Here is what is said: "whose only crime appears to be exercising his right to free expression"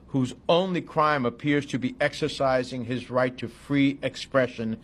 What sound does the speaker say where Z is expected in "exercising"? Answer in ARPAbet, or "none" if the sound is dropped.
Z